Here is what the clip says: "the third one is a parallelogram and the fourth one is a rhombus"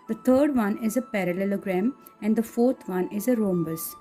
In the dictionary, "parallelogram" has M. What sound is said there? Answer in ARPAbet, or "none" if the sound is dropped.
M